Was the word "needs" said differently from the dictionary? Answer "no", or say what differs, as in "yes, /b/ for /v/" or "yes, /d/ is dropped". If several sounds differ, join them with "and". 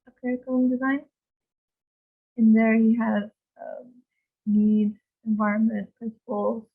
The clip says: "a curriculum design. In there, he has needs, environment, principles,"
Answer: yes, /z/ is dropped